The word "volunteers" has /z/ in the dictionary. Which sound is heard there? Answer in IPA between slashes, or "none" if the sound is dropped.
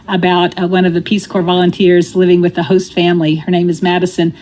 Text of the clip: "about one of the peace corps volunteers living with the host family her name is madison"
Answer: /z/